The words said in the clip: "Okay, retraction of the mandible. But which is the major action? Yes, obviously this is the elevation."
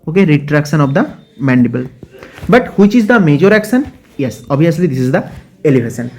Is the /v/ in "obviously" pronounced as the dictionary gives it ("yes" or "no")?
no